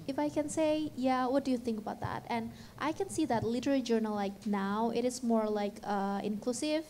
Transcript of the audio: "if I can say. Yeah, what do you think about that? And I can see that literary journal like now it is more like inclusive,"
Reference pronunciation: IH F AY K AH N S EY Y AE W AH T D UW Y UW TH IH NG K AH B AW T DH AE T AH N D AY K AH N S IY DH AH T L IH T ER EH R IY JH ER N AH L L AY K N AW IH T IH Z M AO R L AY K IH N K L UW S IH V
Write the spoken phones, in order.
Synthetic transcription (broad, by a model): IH F AY K AH N S EY Y AE W AH T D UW Y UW TH IH NG K AH B AW T DH AE T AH N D AY K AH N S IY DH AH T L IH T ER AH L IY JH ER N AH L L AY K N AW IH T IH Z M AO R L AY K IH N K L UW S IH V